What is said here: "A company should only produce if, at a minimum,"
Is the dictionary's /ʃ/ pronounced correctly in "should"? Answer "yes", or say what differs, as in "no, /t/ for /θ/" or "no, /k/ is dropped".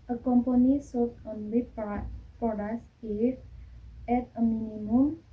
no, /s/ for /ʃ/